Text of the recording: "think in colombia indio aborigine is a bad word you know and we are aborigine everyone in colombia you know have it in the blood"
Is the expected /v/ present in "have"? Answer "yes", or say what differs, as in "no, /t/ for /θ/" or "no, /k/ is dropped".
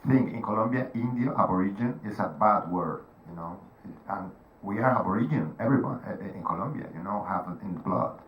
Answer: no, /p/ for /v/